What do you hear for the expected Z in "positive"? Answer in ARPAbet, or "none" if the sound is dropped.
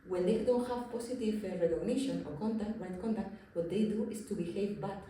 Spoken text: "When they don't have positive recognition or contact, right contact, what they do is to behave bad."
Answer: S